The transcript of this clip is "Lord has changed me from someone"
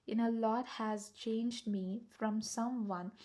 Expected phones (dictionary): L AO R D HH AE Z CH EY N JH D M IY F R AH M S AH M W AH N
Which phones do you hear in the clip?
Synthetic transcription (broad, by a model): L AO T HH AE Z CH EY N JH D M IY F R AH M S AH M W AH N